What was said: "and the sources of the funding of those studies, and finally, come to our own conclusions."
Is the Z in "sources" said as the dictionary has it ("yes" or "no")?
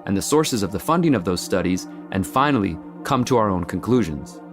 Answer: yes